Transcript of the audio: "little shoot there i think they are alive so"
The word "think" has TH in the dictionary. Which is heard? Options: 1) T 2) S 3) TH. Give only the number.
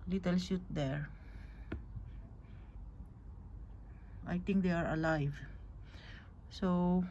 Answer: 1